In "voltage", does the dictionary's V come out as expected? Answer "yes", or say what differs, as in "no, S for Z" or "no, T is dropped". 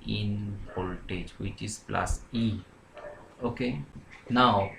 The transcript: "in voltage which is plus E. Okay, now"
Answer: no, P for V